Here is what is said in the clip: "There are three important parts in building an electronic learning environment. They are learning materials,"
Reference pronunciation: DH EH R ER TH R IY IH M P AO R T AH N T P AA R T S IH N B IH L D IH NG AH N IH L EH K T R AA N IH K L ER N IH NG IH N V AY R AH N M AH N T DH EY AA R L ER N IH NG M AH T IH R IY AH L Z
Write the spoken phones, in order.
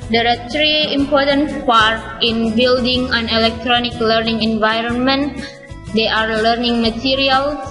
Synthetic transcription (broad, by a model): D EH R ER T R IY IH M P AO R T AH N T P AA R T IH N B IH L D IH NG AH N IH L EH K T R AA N IH K L ER N IH NG IH N V AY R AH N M AH N T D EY AA R L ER N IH NG M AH T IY R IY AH L